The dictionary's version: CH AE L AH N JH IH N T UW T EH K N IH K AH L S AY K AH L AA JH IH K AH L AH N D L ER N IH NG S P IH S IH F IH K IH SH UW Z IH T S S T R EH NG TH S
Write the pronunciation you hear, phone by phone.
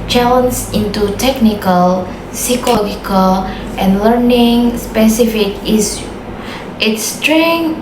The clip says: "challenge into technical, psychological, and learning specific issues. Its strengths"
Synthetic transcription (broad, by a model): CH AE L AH N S IH N T UW T EH K N IH K AH L S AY K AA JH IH K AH L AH N L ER N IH NG S P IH S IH F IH K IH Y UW IH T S S T R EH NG